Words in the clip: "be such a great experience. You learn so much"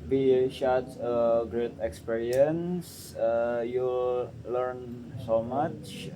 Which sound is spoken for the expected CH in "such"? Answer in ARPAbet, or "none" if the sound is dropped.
S